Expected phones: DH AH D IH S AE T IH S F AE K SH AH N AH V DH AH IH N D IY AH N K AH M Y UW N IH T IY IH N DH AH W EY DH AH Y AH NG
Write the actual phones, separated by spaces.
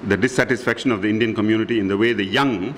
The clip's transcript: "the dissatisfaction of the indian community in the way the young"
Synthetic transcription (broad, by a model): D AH D IH S AE T IH S F AE K SH AH N AH V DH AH IH N D IY AH N K AH M Y UW N IH T IY IH N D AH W EY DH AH Y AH NG